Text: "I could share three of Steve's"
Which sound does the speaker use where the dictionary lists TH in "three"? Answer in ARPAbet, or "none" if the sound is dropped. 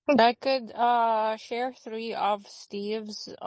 TH